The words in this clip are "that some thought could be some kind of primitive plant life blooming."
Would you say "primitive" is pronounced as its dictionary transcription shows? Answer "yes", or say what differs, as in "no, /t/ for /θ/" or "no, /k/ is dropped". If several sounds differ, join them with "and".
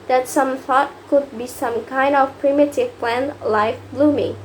yes